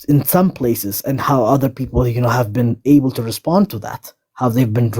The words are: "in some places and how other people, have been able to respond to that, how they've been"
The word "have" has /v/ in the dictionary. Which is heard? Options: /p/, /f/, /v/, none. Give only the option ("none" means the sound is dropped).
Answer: /v/